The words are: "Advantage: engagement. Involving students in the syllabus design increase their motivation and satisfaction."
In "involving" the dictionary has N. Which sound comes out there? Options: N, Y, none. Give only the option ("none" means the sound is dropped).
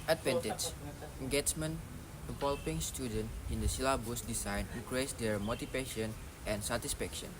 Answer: none